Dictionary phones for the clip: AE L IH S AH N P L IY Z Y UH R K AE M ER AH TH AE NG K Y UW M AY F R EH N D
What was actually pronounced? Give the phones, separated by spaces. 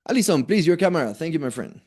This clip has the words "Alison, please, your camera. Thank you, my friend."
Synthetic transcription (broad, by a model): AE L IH S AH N P L IY Z Y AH R K AE M ER AH TH AE NG K Y UW M AY F R EH N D